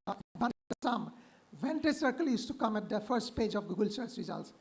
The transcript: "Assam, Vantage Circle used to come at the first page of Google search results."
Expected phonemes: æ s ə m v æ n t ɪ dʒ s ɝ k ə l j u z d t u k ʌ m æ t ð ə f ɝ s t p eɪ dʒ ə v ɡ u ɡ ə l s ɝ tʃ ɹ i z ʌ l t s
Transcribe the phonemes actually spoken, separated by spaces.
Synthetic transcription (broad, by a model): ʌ s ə m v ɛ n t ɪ s ɝ k ə l j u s t u k ʌ m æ t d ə f ɝ s t p eɪ dʒ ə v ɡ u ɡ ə l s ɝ s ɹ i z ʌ l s